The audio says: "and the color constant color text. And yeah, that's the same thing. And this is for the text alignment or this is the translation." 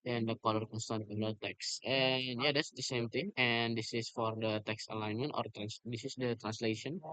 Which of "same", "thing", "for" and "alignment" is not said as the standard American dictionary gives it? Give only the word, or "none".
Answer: thing